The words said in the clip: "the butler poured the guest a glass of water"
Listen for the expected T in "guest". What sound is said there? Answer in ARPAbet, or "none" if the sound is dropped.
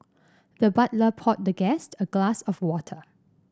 T